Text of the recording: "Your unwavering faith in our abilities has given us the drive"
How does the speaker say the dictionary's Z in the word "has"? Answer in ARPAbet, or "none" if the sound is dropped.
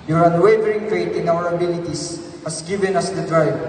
S